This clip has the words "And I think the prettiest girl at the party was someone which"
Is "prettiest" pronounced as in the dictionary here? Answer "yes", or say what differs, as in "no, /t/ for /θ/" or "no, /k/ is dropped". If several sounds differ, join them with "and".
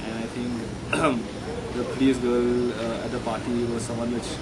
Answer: no, /ɹ/ is dropped